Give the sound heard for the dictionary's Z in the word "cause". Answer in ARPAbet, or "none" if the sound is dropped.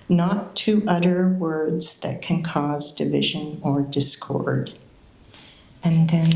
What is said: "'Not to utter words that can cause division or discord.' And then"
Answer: Z